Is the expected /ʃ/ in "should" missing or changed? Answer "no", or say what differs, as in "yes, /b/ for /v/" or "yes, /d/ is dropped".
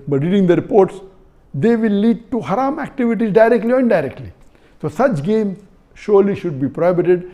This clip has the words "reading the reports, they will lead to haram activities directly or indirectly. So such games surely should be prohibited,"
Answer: no